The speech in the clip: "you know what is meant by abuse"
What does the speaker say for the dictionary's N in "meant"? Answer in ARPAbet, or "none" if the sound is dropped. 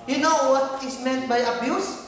N